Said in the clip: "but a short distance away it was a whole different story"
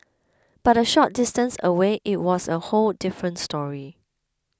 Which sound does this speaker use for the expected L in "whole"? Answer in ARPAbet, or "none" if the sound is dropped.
L